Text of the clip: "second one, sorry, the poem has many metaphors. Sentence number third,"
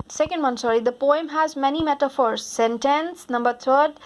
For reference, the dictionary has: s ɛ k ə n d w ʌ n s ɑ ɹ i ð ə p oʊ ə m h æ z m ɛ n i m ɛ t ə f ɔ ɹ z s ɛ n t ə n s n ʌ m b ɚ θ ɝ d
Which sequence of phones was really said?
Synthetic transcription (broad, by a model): s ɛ k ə n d w ʌ n s ɑ ɹ i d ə p oʊ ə m h æ z m ɛ n i m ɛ t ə f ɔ ɹ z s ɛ n t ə n s n ʌ m b ɚ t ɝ d